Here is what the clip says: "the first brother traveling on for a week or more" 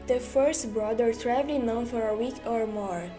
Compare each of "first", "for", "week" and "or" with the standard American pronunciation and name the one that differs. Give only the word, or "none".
none